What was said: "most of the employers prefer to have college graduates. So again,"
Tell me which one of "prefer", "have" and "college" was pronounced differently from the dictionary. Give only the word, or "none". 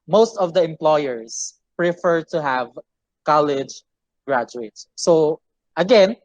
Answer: none